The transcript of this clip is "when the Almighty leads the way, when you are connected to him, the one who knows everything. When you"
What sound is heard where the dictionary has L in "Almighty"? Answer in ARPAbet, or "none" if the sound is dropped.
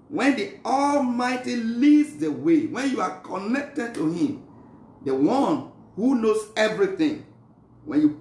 L